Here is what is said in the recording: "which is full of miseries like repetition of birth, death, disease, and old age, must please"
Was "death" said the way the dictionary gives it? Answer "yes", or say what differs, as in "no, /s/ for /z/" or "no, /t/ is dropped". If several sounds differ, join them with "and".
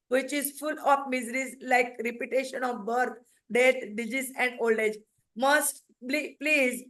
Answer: no, /t/ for /θ/